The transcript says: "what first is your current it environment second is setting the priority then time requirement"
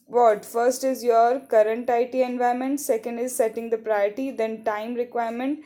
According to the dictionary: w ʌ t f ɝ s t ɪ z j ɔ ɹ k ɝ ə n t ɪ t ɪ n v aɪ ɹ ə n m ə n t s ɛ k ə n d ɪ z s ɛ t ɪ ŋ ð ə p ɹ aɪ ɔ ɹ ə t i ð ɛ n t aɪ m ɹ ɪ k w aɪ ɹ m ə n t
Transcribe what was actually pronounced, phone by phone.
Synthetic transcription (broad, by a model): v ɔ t f ɝ s t ɪ z j ɔ ɹ k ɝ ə n t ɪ t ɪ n v aɪ ə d m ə n t s ɛ k ə n d ɪ z s ɛ t ɪ ŋ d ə p ɹ aɪ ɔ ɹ t i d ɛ n t aɪ m ɹ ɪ k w aɪ ɹ m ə n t